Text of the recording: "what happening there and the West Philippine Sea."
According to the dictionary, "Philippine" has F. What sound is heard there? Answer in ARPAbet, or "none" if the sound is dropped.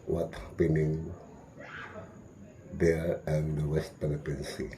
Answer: P